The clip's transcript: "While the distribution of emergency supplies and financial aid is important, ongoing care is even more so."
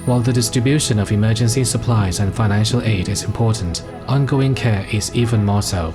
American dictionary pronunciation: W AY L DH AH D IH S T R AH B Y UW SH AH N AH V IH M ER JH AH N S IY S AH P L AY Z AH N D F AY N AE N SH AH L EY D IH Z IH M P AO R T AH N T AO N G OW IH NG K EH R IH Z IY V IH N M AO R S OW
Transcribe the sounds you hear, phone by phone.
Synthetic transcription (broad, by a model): W AY L DH AH D IH S T R AH B Y UW SH AH N AH V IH M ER JH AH N S IY S AH P L AY Z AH N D F AY N AE N SH AH L EY D IH Z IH M P AO R T N T AO N G OW IH NG K EH R IH Z IY V IH N M AO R S OW